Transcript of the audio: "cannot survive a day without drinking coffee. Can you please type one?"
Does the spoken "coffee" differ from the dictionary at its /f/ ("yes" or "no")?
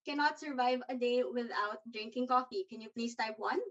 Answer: no